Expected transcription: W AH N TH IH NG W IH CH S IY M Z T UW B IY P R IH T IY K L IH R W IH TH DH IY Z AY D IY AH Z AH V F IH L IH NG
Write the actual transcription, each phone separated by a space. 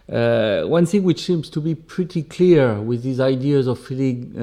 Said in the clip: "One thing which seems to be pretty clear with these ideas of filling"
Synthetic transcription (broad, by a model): W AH N TH IH NG W IH CH S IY M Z T UW B IY P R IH T IY K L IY R W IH DH IY Z AY D IY AH Z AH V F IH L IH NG